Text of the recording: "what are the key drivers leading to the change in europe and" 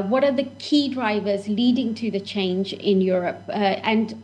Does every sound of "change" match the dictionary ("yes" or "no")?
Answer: yes